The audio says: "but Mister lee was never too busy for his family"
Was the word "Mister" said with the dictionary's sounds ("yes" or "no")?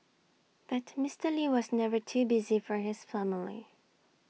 yes